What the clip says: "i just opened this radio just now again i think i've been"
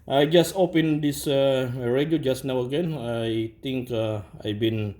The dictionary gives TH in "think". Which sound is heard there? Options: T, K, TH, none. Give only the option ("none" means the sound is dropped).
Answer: T